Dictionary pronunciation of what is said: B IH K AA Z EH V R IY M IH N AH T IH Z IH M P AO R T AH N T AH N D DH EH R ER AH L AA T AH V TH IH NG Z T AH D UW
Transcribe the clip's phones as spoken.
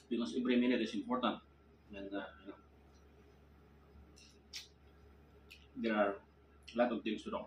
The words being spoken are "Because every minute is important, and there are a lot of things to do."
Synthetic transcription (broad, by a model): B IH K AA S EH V R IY M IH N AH T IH S IH M P AO R T AH N T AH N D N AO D ER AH L AA T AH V T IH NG S T AH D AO